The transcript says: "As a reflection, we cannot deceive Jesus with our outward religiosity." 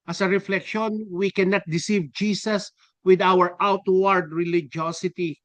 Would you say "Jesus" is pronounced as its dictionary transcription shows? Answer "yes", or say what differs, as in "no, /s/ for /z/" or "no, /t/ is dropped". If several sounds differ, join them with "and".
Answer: no, /s/ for /z/